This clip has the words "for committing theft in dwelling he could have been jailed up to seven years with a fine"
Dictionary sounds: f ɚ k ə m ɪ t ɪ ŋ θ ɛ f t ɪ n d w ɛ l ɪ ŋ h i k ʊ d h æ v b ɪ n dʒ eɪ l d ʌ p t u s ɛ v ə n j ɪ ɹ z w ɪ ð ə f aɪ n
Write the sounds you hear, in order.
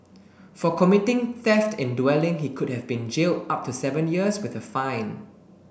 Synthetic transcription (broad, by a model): f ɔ k ə m ɪ t ɪ ŋ θ ɛ f t ɪ n d w ɛ l ɪ ŋ h i k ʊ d h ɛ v b ɪ n dʒ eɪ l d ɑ p t u s ɛ v ə n j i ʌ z w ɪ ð ə f aɪ n